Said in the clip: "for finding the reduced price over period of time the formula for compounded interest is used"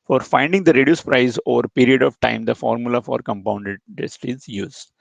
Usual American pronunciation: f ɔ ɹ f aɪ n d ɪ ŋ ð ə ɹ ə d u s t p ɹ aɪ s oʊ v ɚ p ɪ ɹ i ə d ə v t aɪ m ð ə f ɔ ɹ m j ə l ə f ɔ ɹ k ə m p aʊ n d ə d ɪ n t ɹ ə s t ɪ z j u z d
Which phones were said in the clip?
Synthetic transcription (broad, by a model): f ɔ ɹ f aɪ n d ɪ ŋ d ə ɹ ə d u s p ɹ aɪ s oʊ v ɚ p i ɹ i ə d ə v t aɪ m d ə f ɔ ɹ m j ə l ə f ɔ ɹ k ə m p aʊ n d ə d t ə s t ɪ z j u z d